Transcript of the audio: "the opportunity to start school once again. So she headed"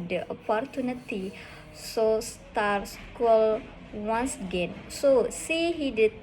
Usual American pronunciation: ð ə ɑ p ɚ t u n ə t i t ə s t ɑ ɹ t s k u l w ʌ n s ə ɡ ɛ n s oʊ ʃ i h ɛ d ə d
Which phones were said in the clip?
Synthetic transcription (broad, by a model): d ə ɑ p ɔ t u n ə t i s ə s t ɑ ɹ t s k u l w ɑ n s ə ɡ ɛ n s oʊ s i h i d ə